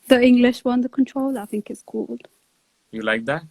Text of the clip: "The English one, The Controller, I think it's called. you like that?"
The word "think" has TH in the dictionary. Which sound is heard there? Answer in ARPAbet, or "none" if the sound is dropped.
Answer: TH